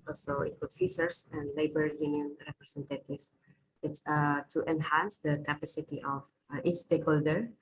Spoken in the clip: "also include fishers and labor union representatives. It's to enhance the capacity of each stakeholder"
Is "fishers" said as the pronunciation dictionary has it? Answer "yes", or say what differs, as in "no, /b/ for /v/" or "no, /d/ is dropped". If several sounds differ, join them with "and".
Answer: no, /s/ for /ʃ/ and /s/ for /z/